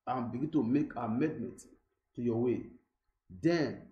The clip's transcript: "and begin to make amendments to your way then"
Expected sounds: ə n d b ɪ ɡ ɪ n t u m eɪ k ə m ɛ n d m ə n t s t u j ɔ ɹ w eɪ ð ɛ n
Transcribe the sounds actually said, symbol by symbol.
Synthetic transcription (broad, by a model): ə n b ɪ ɡ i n t u m eɪ k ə m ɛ d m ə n t t u j ɔ w eɪ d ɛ n